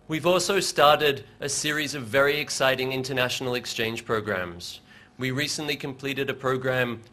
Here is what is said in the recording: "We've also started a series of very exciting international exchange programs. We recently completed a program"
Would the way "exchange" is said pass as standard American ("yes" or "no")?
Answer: no